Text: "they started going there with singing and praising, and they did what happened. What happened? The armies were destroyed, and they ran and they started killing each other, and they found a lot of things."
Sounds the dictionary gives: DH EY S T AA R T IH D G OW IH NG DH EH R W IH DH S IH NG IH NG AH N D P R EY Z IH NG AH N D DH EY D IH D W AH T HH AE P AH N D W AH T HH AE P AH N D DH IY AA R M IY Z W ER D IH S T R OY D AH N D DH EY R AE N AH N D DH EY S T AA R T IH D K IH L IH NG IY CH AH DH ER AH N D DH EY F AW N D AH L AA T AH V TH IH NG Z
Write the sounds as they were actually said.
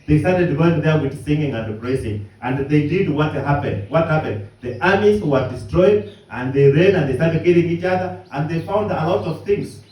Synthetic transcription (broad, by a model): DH EY S T AA R T IH D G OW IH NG DH EH R W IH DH S IH NG IH NG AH N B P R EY S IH NG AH N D DH EY D IH D W AH T HH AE P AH N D W AH T HH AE P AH N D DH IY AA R M IY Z W ER D IH S T R OY D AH N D DH EY R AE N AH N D DH EY S T AA R T IH D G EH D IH NG IY CH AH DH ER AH N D DH EY F AW N D AH L AA T AH V TH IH NG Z